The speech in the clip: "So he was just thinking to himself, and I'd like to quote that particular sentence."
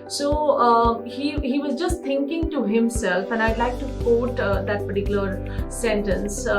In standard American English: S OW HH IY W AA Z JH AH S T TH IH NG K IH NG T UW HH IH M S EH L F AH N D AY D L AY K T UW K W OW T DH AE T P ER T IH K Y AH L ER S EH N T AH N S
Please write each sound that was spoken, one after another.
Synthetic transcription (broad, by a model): S OW HH IY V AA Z JH AH S T T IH NG K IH NG T UW HH IH M S EH L F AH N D AY D L AY K T UW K OW T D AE T P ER T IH K Y L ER S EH N T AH N S